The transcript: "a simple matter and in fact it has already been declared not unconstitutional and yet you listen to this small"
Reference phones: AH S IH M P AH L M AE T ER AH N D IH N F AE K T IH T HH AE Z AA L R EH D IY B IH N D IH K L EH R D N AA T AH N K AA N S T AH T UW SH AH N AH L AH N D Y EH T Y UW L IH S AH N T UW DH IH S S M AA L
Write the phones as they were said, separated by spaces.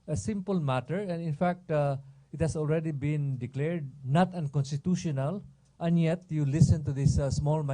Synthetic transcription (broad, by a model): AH S IH M P AH L M AE T ER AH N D IH N F AE K T IH T HH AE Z AA L R EH D IY B IH N D IH K L EH R D N AA T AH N K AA N S T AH T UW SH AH N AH L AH N Y EH T Y UW L IH S AH N T UW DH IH S S M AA L